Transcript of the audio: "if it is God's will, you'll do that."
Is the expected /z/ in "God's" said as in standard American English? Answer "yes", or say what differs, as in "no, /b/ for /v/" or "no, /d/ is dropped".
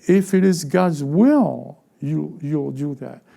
yes